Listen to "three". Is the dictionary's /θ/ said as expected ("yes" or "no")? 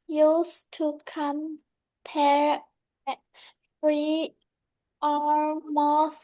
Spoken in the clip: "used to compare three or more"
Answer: no